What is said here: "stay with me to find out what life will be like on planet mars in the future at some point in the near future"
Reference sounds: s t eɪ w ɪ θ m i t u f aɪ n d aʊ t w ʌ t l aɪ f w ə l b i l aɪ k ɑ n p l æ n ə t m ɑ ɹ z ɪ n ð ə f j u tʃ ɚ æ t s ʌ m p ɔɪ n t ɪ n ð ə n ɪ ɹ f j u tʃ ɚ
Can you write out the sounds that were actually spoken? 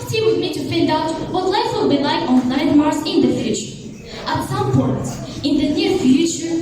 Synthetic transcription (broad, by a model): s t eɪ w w m i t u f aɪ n d aʊ t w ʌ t l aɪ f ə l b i l aɪ k ɑ n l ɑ ə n m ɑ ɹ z ɪ n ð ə f j u tʃ ɚ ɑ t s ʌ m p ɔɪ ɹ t ɪ n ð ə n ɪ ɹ f j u tʃ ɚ